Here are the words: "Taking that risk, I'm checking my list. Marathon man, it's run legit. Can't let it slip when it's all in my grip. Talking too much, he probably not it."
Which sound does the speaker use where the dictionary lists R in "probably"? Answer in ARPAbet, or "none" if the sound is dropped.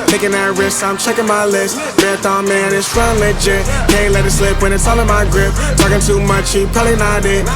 none